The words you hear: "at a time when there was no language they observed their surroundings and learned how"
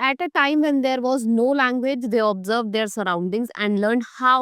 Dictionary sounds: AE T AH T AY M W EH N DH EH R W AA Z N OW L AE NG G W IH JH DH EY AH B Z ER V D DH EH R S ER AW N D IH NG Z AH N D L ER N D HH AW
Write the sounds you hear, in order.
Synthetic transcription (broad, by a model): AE T AH T AY M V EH N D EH R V AA Z N OW L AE NG G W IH JH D EY AH B Z ER V D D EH R S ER AW N D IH NG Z AH N D L ER N D HH AW